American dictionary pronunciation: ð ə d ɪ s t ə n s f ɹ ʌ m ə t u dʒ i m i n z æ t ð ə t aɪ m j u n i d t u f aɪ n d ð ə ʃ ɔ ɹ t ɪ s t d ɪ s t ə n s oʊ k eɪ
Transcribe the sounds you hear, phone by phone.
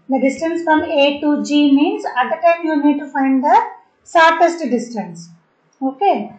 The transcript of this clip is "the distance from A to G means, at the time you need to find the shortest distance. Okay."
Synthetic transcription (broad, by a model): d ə d ɪ s t ə n s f ɹ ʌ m ə t u dʒ i m i n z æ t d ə t aɪ m j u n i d t u f aɪ n d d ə s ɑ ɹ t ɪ s t d ɪ s t ə n s oʊ k eɪ